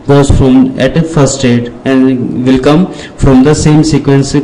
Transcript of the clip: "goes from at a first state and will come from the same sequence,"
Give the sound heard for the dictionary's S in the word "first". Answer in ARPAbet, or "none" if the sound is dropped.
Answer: none